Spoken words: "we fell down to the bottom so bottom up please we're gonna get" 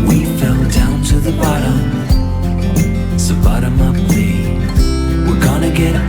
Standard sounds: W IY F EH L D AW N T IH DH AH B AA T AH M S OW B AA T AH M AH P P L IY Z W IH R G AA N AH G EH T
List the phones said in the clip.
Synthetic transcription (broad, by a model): W IY F EH L D AW N T IH DH AH B AA T AH M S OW B AA T AH M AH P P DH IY W IH R G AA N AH G EH T